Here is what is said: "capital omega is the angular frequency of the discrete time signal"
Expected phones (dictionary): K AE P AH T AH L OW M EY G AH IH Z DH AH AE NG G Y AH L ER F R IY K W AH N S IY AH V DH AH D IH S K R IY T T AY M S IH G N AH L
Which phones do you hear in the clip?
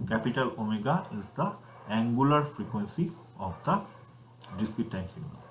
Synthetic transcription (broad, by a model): K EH P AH T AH L OW M EY G AH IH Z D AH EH NG G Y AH L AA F R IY K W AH N S IY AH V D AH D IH S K IY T T AY M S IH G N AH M